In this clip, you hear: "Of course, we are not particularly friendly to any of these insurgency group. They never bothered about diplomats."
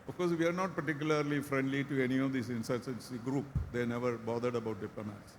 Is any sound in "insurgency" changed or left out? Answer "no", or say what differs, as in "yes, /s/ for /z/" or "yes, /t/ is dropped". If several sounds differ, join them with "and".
yes, /dʒ/ is dropped